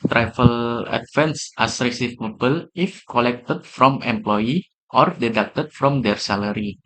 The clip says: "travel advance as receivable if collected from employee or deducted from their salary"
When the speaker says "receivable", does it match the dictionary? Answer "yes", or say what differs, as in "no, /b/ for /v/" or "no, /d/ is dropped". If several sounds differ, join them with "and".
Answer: no, /p/ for /v/